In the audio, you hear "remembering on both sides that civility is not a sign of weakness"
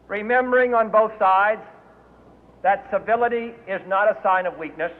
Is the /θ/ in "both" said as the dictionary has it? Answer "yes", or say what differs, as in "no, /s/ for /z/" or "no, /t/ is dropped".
yes